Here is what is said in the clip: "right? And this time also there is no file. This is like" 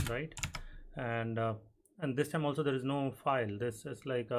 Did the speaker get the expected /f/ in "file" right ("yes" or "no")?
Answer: yes